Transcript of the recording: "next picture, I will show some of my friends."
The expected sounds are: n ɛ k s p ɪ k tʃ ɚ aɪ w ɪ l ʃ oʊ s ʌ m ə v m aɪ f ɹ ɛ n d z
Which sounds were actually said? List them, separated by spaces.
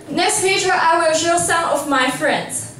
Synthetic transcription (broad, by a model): n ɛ k s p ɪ tʃ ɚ aɪ w ɪ l ʃ oʊ s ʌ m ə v m aɪ f ɹ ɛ n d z